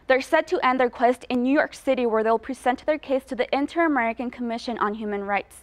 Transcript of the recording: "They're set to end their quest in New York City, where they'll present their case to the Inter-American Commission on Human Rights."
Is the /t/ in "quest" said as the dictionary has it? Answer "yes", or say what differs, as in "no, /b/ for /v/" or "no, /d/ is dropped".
yes